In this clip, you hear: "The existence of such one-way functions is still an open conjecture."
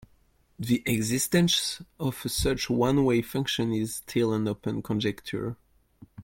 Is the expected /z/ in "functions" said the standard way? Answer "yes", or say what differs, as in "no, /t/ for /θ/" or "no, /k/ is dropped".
no, /z/ is dropped